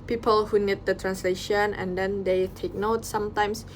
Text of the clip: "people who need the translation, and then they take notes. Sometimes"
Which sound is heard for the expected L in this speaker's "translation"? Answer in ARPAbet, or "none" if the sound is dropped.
L